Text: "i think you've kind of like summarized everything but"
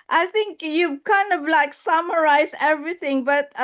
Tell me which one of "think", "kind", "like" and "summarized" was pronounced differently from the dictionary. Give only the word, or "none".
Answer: summarized